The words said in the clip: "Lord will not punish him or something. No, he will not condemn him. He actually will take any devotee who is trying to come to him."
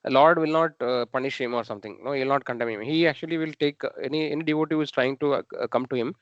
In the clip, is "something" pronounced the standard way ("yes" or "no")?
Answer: no